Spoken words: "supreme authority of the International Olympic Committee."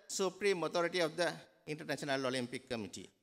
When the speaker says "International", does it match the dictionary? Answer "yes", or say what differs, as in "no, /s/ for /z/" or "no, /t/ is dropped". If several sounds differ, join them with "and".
no, /s/ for /ʃ/